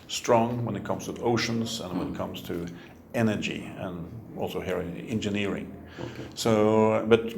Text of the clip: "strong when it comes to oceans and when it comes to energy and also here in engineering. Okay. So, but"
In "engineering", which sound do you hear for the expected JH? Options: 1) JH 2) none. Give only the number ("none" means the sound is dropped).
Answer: 1